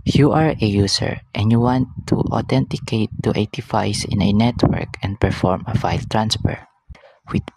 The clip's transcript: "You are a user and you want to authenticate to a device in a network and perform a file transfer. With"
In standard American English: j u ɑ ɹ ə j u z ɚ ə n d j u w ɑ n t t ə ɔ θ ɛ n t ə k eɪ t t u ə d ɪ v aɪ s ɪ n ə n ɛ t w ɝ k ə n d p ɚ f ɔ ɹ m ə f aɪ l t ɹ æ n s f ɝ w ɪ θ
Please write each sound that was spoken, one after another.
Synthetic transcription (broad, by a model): j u ɑ ɹ ə j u s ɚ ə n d j u w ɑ n t t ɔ t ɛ n t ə k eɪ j t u ə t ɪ f aɪ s ɪ n ə n ɛ t w ɝ k ə n d p ɚ f ɔ ɹ m ə f aɪ l t ɹ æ n s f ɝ w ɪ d